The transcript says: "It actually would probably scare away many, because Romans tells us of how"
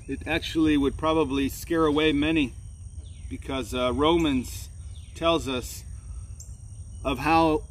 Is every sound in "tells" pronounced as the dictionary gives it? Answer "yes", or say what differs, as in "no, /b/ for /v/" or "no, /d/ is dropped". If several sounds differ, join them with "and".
yes